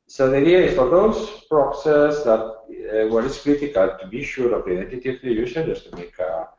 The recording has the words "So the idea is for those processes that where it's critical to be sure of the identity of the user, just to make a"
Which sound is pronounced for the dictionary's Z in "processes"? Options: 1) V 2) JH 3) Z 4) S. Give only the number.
4